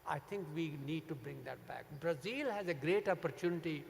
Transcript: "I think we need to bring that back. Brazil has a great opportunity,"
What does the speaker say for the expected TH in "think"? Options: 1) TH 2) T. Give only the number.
2